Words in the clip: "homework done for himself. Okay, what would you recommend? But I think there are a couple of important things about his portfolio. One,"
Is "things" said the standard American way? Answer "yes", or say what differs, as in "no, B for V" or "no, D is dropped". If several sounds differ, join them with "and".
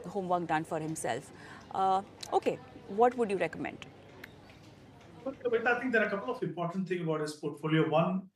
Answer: no, T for TH and Z is dropped